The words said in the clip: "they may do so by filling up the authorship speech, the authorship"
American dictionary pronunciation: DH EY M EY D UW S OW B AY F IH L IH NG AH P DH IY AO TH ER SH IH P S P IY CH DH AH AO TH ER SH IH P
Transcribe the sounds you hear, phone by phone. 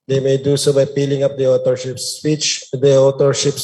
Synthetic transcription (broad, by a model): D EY M EY D UW S OW B AY P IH L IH NG AH P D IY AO T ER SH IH P S P IY CH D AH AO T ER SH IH P